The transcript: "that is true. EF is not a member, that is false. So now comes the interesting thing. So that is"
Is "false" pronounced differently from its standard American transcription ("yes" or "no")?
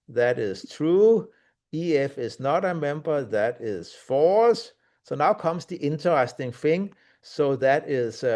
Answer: yes